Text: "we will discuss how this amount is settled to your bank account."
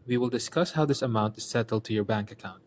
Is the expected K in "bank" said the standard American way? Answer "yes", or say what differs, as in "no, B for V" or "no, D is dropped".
yes